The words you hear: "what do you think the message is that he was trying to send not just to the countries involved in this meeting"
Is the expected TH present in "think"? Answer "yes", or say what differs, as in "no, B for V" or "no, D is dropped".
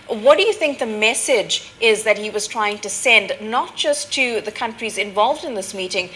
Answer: yes